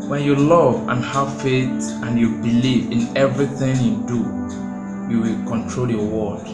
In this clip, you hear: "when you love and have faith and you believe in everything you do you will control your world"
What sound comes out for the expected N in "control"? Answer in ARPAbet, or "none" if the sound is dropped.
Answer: N